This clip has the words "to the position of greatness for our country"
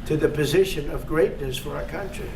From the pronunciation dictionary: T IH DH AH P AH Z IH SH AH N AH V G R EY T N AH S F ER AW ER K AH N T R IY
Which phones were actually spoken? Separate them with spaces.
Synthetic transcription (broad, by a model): T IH DH AH P AH Z IH SH AH N AH V G R EY T N AH S F ER AW ER K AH N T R IY